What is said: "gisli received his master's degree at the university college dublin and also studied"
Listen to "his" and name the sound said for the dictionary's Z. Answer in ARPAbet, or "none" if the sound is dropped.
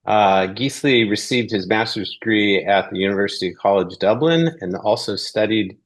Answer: Z